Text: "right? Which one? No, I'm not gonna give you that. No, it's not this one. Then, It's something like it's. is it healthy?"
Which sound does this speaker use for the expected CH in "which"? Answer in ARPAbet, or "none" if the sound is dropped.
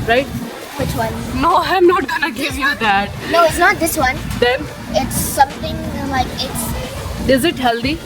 CH